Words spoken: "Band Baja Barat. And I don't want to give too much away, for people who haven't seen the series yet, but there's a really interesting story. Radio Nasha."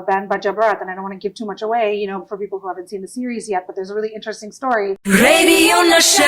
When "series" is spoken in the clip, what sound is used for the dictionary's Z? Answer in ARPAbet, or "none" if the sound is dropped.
Z